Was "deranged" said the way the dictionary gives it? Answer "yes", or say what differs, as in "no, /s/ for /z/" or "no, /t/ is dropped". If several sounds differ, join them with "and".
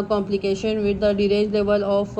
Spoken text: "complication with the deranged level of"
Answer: no, /n/ is dropped